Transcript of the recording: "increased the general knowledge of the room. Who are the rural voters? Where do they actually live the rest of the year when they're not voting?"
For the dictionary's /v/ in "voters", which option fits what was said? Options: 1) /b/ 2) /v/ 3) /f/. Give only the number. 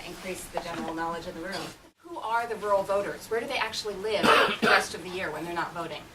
2